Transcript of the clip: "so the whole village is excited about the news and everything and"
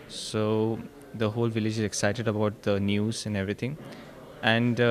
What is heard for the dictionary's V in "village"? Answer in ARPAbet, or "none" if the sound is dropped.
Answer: V